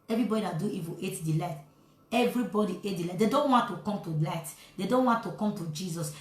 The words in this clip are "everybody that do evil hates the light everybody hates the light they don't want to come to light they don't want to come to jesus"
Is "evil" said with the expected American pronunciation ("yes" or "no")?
no